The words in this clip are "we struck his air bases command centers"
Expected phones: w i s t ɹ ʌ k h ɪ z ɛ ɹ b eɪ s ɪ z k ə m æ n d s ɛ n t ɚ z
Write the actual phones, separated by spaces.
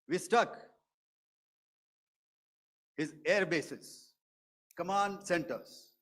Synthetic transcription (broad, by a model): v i s t ʌ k h ɪ z ɛ ɹ b eɪ s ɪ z k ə m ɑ n d s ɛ n t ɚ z